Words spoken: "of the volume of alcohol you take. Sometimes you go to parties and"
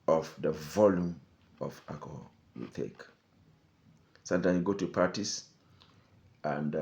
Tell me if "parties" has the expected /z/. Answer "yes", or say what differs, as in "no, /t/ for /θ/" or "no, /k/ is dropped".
no, /s/ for /z/